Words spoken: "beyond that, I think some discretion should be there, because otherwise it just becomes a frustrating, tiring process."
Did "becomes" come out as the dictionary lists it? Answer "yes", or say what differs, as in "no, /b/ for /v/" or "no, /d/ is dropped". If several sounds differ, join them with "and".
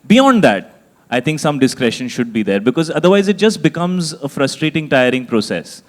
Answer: yes